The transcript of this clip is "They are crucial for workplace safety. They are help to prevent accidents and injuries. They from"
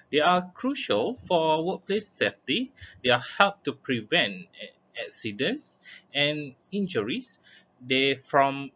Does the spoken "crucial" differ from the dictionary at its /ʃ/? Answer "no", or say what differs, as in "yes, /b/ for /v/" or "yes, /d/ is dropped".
no